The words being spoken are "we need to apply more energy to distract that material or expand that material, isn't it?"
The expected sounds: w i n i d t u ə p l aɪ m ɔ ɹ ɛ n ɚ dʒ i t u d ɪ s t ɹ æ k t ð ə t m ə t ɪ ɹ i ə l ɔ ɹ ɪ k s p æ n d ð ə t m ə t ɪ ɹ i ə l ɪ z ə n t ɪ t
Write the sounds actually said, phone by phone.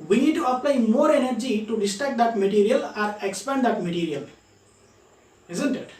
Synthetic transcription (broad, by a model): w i n i d t u ə p l aɪ m ɔ ɹ ɛ n ɚ dʒ i t u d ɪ s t æ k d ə t m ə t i ɹ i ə l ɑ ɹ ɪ k s p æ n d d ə t m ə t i ɹ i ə l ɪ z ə n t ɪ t